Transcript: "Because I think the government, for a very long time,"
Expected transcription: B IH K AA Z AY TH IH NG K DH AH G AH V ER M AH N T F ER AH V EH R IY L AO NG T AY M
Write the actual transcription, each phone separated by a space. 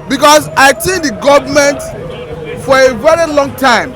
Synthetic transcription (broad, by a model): B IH K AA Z AY T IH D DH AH G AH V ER M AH N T F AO AH V EH R IY L AO NG T AY M